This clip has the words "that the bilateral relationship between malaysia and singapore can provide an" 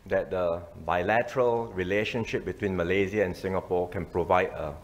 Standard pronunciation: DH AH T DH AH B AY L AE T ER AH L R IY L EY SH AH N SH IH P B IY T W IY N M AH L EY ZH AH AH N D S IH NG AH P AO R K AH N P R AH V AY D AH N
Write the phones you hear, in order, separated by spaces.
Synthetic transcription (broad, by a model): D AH T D AH B AY L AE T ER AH L R IY L EY SH AH N SH IH P B IY T W IY N M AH L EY Z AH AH N S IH NG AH P AO K AH N P R AH V AY D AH